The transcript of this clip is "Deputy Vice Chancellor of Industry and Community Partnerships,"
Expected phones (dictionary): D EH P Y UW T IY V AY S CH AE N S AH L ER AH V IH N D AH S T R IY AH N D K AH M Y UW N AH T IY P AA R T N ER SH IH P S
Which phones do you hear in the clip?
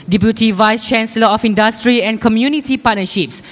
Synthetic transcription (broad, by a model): D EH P Y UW T IY V AY S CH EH N S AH L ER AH F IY N D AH S T R IY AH N K AH M Y UW N AH T IY P AA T N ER SH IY P S